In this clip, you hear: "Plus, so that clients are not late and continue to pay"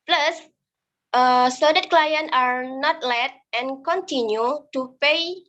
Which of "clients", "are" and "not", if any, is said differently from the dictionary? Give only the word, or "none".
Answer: clients